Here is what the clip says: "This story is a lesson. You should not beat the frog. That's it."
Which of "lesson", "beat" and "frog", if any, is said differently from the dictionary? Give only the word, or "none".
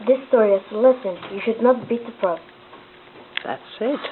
frog